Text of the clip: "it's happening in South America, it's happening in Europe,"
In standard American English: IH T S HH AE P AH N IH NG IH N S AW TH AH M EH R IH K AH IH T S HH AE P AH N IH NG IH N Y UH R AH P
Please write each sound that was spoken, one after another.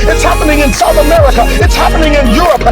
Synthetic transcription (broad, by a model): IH T S HH AE P AH N IH NG IH N S AW TH AH M EH R IH K AH IH T S HH AE P AH N IH NG IH N Y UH R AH P